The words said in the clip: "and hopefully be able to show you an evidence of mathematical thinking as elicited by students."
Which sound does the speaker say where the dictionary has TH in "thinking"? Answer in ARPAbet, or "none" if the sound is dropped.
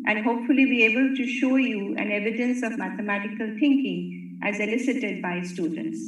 T